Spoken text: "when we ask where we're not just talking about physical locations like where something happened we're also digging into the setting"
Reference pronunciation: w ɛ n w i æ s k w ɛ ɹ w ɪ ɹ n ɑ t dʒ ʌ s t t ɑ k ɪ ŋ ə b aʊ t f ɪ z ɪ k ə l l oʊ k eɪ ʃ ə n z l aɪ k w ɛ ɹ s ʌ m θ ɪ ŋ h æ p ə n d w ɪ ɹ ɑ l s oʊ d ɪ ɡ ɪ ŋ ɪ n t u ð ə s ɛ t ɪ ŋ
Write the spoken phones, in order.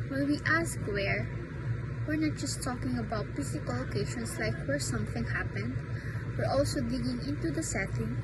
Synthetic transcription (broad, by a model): w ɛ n w i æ s k w ɛ ɹ w ɪ ɹ n ɑ t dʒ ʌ s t t ɑ k ɪ ŋ ə b aʊ t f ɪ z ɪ k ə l l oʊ k eɪ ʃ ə n s l aɪ k w ɛ ɹ s ʌ m θ ɪ ŋ h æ p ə n d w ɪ ɹ ɑ l s oʊ d ɪ ɡ ɪ ŋ ɪ n t u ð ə s ɛ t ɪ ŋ